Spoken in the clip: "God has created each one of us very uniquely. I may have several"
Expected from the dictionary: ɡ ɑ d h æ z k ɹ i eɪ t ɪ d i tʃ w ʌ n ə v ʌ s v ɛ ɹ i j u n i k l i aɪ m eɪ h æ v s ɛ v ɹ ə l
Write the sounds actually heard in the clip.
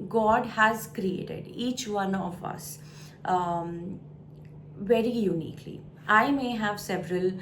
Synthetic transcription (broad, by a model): ɡ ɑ d h æ z k ɹ i eɪ t ɪ d i tʃ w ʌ n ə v ʌ s v ɛ ɹ i j u n i k l i aɪ m eɪ h æ v s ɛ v ɹ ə l